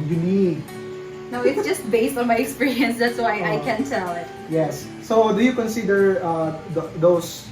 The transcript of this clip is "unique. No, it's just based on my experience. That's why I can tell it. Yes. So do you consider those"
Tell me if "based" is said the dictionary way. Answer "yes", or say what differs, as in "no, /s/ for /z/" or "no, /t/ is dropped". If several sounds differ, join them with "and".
yes